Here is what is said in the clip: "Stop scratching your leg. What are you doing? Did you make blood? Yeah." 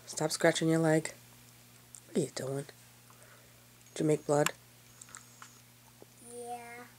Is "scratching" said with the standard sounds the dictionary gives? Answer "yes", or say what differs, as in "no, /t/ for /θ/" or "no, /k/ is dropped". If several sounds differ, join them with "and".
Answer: yes